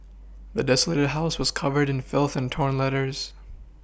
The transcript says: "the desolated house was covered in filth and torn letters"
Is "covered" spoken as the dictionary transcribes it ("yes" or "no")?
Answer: yes